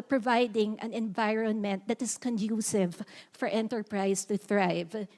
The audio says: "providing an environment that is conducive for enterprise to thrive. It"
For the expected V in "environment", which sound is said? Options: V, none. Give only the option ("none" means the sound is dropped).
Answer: V